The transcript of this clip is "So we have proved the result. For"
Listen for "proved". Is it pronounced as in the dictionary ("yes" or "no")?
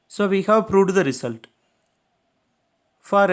no